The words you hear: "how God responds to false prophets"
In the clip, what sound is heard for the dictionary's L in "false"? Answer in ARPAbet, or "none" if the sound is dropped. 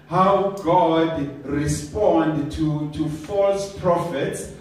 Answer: L